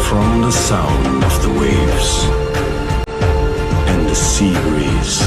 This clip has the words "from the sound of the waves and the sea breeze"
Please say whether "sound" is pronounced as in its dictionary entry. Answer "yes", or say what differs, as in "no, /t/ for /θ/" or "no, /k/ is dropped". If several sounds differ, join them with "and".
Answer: yes